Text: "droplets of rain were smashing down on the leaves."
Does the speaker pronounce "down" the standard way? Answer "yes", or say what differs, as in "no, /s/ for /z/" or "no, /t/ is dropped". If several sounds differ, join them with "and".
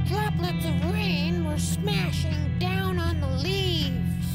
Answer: yes